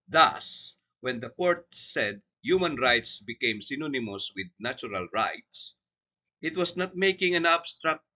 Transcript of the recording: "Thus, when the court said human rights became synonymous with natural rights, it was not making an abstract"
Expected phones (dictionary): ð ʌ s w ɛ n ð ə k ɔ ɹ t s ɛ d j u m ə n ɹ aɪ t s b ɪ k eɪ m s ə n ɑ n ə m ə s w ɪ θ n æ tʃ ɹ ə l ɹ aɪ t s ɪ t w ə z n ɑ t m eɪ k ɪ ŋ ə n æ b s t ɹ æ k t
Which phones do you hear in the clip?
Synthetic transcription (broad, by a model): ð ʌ s w ɛ n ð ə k ɔ ɹ t s ɛ d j u m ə n ɹ aɪ t s b ɪ k eɪ m s ə n ɑ n ə m ə s w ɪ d n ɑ tʃ ɹ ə l ɹ aɪ t s ɪ t w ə s n ɑ t m eɪ k ɪ ŋ ə n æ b s t ɹ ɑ k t